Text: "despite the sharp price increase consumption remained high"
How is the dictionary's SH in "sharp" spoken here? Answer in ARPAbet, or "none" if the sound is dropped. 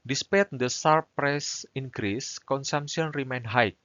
S